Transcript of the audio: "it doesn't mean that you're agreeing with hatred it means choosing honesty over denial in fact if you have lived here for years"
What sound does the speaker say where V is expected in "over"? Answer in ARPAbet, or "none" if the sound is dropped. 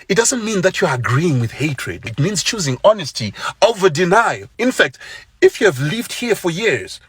V